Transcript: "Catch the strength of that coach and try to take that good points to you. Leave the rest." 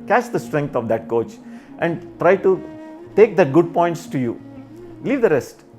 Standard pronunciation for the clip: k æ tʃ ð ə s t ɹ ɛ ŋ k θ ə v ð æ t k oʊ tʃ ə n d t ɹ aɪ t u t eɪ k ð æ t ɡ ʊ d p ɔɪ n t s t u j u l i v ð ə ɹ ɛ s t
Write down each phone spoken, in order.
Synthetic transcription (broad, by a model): k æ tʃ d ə s t ɹ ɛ ŋ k t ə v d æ t k oʊ tʃ ə n d t ɹ aɪ t u t eɪ k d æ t ɡ ʊ d p ɔɪ n t s t u j u l i v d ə ɹ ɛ s t